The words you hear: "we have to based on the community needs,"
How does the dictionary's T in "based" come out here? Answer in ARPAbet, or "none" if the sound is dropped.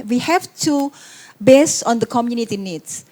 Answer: none